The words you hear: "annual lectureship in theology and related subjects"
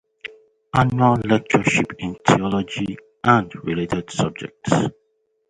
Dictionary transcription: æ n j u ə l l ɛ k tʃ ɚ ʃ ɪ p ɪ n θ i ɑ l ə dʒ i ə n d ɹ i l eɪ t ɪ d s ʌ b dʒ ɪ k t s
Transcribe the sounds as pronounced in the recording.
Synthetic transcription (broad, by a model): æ n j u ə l l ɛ k tʃ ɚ ʃ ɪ p ɪ n t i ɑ l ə dʒ i ə n d ɹ i l eɪ t ɪ d s ʌ b dʒ ɪ k t s